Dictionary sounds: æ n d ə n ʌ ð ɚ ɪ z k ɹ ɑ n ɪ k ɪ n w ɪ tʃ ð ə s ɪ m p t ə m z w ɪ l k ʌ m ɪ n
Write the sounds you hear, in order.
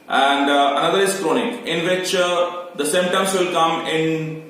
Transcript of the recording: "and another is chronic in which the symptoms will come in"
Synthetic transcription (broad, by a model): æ n d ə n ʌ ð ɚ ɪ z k ɹ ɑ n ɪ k ɪ n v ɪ tʃ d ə s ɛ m t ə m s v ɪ l k ʌ m ɪ n